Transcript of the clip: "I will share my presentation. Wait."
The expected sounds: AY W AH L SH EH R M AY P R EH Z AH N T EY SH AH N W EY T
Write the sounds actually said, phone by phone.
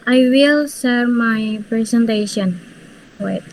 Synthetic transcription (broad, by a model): AY W AH L S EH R M AY P R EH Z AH N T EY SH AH N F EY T